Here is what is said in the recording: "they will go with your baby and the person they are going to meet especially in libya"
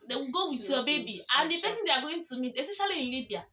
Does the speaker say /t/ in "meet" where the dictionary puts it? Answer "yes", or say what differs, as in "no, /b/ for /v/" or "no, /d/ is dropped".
no, /t/ is dropped